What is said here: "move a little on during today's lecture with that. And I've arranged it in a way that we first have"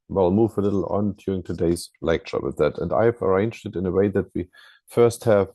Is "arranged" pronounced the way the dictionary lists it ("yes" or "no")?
yes